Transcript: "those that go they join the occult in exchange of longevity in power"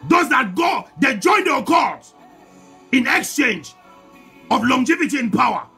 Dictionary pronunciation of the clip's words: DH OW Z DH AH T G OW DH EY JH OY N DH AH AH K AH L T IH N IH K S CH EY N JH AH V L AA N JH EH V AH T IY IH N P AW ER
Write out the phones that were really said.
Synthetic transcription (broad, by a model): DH OW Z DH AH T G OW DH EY JH OY N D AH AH K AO T IH N IH K S CH EY N JH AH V L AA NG JH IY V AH T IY IH N P AW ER